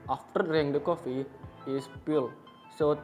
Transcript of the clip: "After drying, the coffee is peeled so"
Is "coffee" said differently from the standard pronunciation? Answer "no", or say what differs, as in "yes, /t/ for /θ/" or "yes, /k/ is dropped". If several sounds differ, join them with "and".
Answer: no